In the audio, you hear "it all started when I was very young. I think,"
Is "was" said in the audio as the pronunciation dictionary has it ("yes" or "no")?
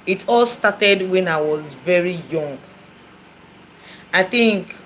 yes